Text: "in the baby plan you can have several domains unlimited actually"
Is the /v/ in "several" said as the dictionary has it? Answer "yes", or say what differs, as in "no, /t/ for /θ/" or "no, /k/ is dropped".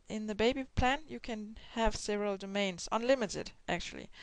yes